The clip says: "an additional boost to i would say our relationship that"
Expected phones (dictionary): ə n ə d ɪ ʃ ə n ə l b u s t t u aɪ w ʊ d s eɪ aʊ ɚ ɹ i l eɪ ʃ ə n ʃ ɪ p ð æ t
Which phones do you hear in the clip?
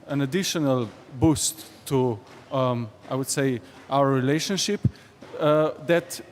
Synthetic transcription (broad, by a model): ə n ə d ɪ ʃ ə n ə l b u s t t u aɪ w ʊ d s eɪ aʊ ɚ ɹ i l eɪ ʃ ə n ʃ ɪ p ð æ t